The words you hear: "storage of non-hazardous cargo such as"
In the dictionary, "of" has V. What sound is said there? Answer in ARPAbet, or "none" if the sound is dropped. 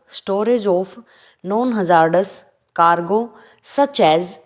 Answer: P